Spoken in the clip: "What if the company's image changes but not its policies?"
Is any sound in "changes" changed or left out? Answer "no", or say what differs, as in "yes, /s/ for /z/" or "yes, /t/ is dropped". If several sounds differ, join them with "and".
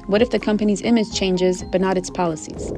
no